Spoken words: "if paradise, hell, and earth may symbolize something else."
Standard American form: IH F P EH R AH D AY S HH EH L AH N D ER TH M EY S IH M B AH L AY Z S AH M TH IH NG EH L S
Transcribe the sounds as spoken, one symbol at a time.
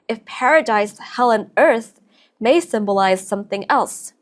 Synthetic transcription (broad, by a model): IH F P EH R AH D AY S HH EH L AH N ER TH M EY S IH M B AH L AY Z S AH M TH IH NG EH L S